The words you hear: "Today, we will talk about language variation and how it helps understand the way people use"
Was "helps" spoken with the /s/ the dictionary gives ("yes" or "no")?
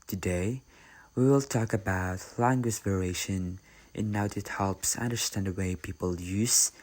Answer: yes